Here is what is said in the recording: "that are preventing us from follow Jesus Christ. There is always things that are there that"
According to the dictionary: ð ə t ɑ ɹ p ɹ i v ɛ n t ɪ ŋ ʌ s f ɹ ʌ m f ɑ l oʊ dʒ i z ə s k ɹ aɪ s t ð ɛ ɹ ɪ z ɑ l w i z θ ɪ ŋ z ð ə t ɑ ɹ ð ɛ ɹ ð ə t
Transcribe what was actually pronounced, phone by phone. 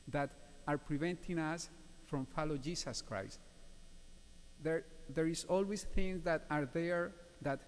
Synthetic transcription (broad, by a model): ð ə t ɑ ɹ p ɹ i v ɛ n t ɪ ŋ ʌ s f ɹ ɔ m f ɑ l oʊ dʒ i s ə s k ɹ aɪ s t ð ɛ ɹ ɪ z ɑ l w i s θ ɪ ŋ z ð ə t ɑ ɹ ð ɛ ɹ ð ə t